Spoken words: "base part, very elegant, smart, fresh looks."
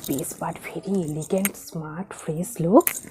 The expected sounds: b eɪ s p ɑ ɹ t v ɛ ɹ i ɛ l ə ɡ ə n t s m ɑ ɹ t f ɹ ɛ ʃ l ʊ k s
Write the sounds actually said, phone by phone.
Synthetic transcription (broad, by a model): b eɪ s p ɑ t v ɛ ɹ i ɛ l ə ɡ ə n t s m ɑ ɹ t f ɹ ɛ s l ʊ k s